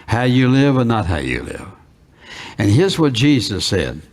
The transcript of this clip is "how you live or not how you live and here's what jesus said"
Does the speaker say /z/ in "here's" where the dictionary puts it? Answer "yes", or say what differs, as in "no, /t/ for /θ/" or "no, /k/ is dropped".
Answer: yes